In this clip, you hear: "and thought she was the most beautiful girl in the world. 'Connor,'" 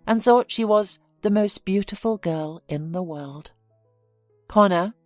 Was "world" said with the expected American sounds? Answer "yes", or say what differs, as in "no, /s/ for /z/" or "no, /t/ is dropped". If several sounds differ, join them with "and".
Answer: yes